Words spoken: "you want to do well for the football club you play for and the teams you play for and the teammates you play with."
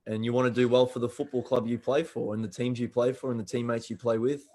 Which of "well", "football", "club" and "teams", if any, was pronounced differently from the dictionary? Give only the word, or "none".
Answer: none